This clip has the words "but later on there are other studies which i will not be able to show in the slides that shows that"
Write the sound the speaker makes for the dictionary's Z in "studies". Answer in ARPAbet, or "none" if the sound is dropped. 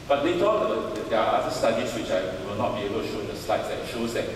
S